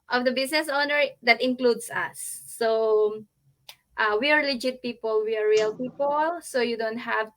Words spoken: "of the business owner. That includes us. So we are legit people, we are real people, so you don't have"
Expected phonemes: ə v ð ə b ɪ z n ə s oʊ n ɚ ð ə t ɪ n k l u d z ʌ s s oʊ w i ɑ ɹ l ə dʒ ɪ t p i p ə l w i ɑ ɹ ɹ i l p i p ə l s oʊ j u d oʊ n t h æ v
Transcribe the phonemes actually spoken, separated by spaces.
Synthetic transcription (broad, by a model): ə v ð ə b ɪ s n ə s oʊ n ɚ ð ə t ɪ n k l u d s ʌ s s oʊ w i ɑ ɹ l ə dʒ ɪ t p i p ə l w i ɑ ɹ ɹ i l p i p ə l s oʊ j u d oʊ n t h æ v